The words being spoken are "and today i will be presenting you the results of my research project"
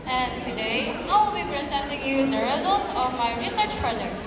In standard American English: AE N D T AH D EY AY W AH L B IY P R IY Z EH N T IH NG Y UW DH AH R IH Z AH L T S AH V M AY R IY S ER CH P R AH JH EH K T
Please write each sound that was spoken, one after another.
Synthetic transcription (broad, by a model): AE N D T AH D EY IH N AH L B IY P R IY Z EH N T IH NG Y UW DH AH R IH Z AH L T S AH V M AY R IY S ER CH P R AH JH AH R